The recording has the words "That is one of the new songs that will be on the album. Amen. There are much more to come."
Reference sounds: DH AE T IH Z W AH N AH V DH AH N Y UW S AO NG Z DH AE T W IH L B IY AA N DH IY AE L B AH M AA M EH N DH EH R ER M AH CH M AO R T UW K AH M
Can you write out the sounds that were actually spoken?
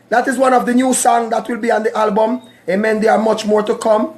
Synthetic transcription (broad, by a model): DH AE T IH Z W AH N AH V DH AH N Y UW S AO NG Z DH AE T W IH L B IY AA N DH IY AE L B AH M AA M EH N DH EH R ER M AH CH M AO R T UW K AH M